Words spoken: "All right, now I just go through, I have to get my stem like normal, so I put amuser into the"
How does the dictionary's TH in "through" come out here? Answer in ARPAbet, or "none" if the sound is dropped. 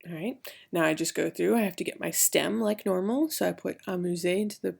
TH